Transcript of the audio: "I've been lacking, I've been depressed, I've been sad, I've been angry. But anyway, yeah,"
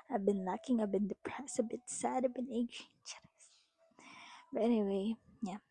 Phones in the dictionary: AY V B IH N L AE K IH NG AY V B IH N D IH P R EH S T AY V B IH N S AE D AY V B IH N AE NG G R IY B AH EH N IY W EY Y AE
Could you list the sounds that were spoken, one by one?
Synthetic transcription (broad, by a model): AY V B IH N L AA K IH NG AY V B IH N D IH P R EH S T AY B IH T S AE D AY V B IH N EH G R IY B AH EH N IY W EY Y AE